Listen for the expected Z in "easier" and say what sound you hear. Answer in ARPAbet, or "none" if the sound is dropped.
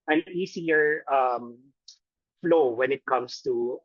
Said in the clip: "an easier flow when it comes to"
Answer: S